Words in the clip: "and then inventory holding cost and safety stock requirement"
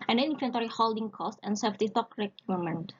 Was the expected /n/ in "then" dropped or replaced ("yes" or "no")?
yes